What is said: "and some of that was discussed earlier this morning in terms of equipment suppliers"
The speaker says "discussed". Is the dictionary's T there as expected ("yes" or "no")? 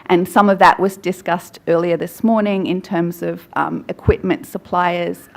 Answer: yes